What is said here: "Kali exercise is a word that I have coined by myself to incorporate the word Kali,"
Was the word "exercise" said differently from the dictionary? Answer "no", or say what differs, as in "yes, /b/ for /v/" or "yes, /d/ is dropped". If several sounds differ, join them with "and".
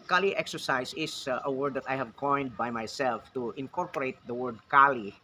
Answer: yes, /s/ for /z/